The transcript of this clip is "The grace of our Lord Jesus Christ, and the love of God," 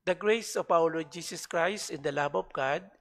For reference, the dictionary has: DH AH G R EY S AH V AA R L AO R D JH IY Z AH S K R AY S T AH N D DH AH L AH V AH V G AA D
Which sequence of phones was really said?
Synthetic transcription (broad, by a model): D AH G R EY S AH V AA W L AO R JH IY S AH S K R AY S T AH N D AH L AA B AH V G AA D